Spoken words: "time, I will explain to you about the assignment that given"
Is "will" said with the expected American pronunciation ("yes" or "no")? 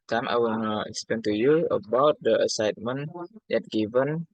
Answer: no